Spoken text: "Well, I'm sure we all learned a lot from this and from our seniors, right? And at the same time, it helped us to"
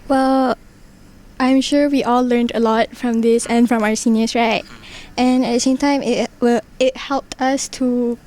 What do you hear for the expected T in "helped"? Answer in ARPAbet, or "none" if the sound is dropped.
T